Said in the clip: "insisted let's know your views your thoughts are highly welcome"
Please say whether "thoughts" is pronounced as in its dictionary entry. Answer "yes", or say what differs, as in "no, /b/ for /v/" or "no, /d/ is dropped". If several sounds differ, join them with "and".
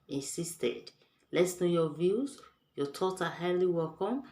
no, /s/ is dropped